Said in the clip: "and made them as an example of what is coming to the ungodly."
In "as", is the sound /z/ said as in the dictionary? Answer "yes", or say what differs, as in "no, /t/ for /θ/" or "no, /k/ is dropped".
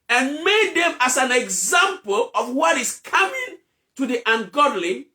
no, /s/ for /z/